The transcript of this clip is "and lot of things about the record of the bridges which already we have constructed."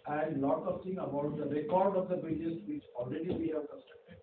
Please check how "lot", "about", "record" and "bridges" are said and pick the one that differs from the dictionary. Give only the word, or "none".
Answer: bridges